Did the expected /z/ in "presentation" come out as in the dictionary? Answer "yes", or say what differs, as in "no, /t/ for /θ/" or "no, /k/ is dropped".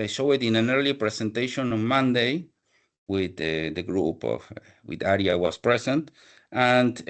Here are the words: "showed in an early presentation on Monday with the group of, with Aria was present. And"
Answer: no, /s/ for /z/